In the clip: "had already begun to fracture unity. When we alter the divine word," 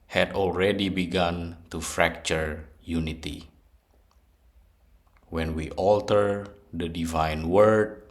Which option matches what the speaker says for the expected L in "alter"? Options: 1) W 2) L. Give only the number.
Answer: 2